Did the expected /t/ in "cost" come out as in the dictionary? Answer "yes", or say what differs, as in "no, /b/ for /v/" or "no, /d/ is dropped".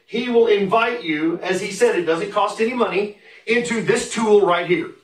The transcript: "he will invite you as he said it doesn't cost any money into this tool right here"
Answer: yes